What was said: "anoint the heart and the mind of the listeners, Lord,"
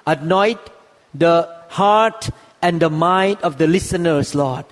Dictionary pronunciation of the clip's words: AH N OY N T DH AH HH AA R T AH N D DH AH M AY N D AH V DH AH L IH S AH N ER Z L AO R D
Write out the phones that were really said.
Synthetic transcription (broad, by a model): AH N OY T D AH HH AA R T AH N D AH M AY N D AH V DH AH L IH S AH N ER S L AO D